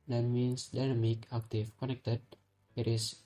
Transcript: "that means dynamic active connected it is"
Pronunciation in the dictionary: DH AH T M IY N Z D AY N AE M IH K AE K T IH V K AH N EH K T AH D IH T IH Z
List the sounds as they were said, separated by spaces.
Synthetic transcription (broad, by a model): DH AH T M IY N S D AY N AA M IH K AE K T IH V K AH N EH K T AH D IH T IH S